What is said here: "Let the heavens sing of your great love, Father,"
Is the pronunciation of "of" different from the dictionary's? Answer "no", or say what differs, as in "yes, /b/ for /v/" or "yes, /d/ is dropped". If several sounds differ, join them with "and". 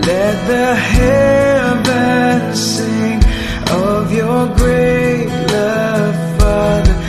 no